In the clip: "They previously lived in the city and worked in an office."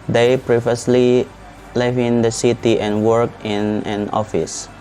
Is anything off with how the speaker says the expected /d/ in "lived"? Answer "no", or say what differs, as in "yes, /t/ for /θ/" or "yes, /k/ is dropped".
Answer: yes, /d/ is dropped